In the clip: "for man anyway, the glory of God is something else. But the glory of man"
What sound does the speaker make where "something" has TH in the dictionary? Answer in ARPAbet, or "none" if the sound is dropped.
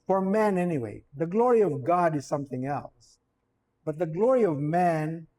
TH